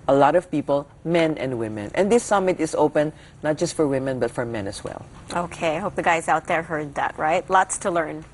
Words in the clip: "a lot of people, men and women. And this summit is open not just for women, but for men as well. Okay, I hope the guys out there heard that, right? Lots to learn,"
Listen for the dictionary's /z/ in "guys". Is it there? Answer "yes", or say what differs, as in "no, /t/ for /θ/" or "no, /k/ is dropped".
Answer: yes